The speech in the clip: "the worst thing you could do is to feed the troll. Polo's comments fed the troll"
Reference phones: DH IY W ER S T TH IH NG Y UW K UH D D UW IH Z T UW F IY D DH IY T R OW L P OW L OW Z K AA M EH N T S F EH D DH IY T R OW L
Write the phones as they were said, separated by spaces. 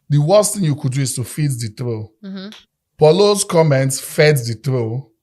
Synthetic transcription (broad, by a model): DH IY W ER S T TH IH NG Y UW K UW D D UW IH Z T UW F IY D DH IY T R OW P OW L OW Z K AA M EH N T S F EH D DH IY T R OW